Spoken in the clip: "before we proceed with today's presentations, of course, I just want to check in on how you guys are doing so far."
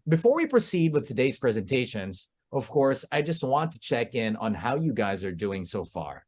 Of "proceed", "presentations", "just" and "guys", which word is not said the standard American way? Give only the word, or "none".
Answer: none